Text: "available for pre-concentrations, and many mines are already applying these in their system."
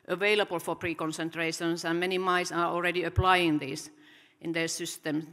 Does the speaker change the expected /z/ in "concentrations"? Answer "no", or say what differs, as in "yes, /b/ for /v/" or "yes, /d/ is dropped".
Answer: yes, /s/ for /z/